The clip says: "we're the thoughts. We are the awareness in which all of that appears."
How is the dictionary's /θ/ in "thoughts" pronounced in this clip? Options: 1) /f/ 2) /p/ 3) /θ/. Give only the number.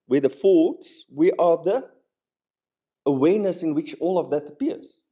1